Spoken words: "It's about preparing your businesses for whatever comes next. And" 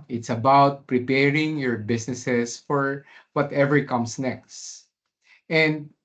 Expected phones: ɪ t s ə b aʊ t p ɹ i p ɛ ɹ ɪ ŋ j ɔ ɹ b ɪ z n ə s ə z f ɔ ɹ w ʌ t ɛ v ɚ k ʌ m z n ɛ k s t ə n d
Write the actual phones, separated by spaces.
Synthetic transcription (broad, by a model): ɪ t s ə b aʊ t p ɹ i p ɛ ɹ ɪ ŋ j ɔ ɹ b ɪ s n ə s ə s f ɔ ɹ w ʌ t ɛ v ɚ k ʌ m s n ɛ k s t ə n d